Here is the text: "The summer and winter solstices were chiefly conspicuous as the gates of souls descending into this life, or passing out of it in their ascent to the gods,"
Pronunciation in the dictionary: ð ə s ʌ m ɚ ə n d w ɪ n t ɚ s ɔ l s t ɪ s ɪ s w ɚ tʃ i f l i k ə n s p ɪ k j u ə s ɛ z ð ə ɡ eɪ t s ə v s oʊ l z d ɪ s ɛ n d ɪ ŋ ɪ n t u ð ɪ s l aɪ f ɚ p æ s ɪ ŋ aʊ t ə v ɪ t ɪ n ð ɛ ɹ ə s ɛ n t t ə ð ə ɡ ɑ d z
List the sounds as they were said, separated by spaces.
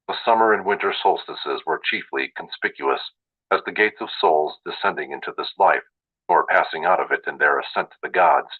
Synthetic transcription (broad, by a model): ð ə s ʌ m ɚ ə n w ɪ n t ɚ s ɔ l s t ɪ s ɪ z w ɚ tʃ i f l i k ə n s p ɪ k j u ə s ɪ z ð ə ɡ eɪ t s ə v s oʊ l z d ɪ s ɛ n d ɪ ŋ ɪ n t u ð ɪ s l aɪ f ɚ p æ s ɪ ŋ aʊ t ə v ɪ t ɪ n ð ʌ ɹ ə s ɛ n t t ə ð ə ɡ ɑ d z